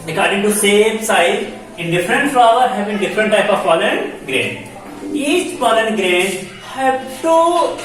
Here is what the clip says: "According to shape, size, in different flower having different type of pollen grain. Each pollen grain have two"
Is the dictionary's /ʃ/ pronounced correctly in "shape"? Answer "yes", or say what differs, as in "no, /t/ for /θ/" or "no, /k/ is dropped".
no, /s/ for /ʃ/